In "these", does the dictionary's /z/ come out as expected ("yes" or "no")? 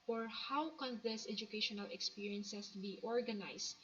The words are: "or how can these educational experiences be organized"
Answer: no